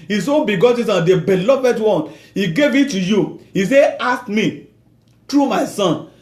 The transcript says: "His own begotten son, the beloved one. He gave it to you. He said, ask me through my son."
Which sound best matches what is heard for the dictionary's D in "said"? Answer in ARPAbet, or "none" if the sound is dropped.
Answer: none